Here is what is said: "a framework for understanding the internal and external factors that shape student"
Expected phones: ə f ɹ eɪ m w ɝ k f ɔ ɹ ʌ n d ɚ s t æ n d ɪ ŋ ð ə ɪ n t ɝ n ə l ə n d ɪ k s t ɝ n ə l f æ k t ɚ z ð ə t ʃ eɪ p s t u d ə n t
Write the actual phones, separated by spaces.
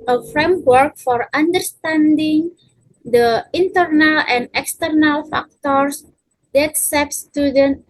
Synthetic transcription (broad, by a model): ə f ɹ eɪ m w ɝ k f ɔ ɹ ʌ n d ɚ s t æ n d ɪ ŋ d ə ɪ n t ɝ n ə l ə n d ɪ k s t ɝ n ə l f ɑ k t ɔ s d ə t s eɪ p s t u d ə n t